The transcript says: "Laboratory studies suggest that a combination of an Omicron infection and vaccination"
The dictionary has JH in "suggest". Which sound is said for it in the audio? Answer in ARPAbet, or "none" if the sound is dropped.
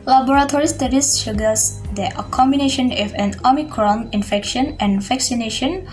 none